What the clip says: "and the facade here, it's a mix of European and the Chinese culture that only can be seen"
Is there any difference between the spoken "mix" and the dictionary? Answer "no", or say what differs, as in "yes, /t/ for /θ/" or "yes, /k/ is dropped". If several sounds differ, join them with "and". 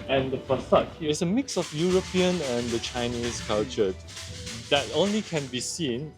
no